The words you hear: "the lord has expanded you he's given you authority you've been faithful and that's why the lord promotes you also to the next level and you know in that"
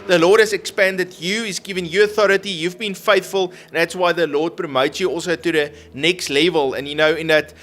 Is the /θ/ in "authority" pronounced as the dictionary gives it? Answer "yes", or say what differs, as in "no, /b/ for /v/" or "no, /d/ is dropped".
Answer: yes